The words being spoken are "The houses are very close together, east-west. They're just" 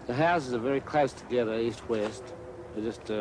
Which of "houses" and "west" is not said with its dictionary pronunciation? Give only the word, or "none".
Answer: none